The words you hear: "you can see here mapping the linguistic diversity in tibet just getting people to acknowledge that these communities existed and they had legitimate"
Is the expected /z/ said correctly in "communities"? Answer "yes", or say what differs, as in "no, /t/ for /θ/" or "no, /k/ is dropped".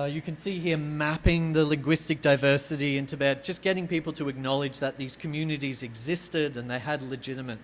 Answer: yes